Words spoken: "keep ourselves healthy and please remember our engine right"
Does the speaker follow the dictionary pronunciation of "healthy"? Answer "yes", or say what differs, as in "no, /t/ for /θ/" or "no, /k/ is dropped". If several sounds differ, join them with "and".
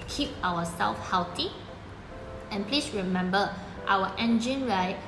no, /t/ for /θ/